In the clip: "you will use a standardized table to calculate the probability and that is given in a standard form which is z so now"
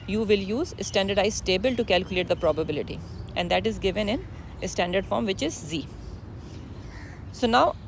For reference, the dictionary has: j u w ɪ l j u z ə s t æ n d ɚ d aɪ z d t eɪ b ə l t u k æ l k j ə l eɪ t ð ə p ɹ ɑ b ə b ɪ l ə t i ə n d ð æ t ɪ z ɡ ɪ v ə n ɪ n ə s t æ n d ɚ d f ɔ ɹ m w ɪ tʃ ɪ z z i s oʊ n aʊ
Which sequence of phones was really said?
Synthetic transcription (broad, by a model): j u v ɪ l j u z ə s t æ n d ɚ d aɪ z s t eɪ b ə l t u k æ l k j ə l eɪ t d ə p ɹ ɑ b ə b ɪ l ə t i ə n d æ t ɪ z ɡ ɪ v ə n ɪ n ə s t æ n d ɚ d f ɔ ɹ m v ɪ tʃ ɪ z z i s oʊ n aʊ